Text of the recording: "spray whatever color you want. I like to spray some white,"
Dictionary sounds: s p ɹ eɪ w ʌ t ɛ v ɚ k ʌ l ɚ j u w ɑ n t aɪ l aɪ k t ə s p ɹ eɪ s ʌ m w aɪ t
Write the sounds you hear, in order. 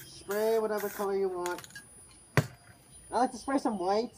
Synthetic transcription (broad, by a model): s p ɹ eɪ w ʌ t ɛ v ɚ k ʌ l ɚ j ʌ w ɑ n t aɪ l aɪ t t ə s p ɹ eɪ s ʌ m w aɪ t